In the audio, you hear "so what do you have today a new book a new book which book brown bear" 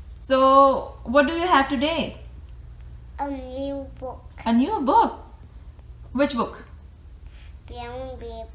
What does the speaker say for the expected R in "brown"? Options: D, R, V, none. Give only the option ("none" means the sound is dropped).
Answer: none